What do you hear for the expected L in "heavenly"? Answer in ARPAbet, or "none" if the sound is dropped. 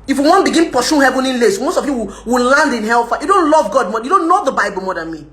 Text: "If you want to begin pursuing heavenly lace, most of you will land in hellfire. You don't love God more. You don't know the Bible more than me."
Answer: none